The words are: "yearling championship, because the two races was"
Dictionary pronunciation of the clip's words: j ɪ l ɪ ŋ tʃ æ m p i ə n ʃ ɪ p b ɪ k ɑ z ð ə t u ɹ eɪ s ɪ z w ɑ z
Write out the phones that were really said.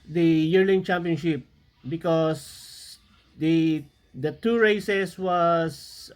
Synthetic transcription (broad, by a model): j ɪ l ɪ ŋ tʃ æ m p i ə n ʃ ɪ p b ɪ k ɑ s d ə t u ɹ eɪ s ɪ s w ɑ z